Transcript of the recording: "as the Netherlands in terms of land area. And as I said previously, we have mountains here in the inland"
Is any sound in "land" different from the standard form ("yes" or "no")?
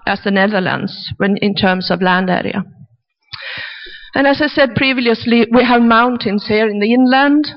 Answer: no